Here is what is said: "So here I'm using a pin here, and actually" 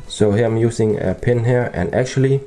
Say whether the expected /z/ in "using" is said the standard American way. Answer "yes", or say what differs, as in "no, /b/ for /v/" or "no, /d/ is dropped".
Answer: no, /s/ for /z/